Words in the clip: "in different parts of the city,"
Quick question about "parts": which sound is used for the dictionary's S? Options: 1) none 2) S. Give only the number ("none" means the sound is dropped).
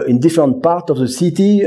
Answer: 1